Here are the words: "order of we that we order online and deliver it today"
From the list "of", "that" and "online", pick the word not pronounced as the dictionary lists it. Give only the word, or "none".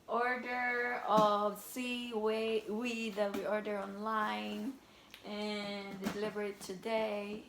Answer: of